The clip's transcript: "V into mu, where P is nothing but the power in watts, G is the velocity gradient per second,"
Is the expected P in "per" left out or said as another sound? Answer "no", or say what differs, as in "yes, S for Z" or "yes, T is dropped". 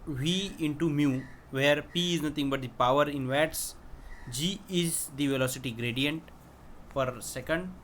yes, F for P